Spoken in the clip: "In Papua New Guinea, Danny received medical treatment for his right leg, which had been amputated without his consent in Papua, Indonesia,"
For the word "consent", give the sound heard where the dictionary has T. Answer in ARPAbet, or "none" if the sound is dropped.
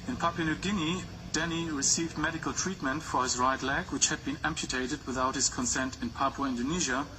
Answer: T